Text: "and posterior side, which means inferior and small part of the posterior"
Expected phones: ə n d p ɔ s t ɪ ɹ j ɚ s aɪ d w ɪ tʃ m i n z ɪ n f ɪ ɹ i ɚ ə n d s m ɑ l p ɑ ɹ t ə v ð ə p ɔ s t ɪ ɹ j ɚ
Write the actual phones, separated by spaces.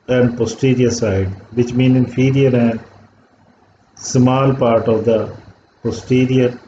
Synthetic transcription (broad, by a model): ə n d p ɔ s t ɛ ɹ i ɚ s aɪ d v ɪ tʃ m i n ɪ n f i ɹ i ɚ ə n d s m ɑ l p ɑ ɹ t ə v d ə p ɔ s t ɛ ɹ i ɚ